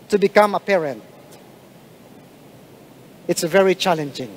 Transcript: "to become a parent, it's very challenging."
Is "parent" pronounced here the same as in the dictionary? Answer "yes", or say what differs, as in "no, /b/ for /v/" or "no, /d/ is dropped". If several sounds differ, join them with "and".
yes